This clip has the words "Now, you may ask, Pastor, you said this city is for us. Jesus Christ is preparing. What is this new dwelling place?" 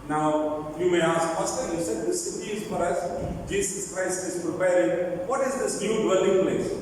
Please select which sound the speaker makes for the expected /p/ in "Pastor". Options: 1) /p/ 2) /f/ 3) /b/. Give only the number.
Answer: 2